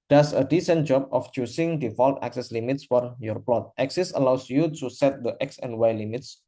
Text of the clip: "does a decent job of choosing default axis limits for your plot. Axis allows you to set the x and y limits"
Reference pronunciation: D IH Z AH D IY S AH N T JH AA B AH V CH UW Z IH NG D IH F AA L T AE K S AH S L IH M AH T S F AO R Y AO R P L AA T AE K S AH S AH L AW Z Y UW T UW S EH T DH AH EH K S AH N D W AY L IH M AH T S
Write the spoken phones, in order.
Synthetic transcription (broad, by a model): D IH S AH D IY S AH N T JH AA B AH F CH UW S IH NG D IH F AA L T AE K S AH S L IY M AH T S F AO R Y AO R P L AA T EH K S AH S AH L AW S Y UW T UW S EH T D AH EH K S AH N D W AY L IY M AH T S